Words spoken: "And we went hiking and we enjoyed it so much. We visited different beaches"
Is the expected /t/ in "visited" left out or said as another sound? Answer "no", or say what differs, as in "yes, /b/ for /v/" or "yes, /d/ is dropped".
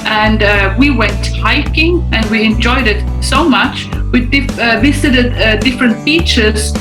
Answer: yes, /s/ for /t/